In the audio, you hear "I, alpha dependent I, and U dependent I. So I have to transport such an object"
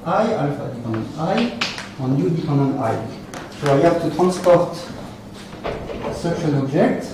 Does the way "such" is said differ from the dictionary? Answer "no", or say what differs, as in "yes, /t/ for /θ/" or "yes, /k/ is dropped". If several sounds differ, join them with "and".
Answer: yes, /ʃ/ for /tʃ/